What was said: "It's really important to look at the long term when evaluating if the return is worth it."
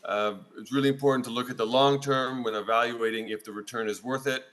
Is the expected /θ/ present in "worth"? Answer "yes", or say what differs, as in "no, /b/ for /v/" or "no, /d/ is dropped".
yes